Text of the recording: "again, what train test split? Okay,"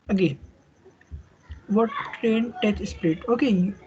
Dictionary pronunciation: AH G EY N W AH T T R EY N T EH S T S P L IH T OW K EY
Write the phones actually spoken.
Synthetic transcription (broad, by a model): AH G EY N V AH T T R EY N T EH T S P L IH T OW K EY